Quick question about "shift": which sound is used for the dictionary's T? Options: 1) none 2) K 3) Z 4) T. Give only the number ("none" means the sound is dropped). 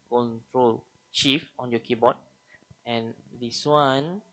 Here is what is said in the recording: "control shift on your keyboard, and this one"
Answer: 1